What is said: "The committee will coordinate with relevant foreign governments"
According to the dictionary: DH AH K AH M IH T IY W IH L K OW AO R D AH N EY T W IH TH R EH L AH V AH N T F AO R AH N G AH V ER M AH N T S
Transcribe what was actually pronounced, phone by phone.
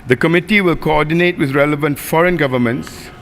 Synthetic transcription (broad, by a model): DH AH K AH M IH T IY W IH L K OW AO D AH N EY T W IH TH R EH L AH V AH N T F AO R AH N G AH V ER M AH N T S